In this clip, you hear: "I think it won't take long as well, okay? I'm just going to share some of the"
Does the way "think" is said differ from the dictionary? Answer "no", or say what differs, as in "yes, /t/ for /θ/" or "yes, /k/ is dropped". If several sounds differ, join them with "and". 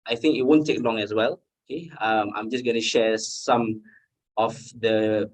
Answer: no